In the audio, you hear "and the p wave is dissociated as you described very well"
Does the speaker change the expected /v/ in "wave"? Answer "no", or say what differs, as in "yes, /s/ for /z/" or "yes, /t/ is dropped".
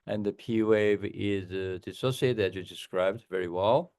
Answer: no